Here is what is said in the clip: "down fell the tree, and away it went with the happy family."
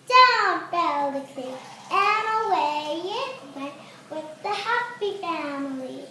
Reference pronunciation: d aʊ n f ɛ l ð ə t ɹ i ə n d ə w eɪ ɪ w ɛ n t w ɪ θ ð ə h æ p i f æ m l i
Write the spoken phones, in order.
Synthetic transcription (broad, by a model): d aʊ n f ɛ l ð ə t i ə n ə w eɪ ɪ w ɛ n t w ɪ ð ə h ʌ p i f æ m l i